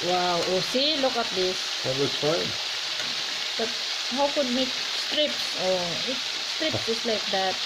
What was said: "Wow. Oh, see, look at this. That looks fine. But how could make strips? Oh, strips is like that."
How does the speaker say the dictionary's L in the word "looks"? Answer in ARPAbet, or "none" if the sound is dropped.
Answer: W